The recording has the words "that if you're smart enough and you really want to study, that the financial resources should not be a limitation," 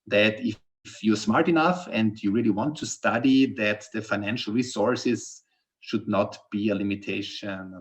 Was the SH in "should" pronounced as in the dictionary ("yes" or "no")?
yes